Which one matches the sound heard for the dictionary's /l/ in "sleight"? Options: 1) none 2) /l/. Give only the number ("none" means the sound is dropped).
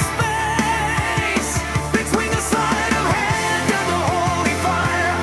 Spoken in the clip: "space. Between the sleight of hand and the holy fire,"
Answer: 1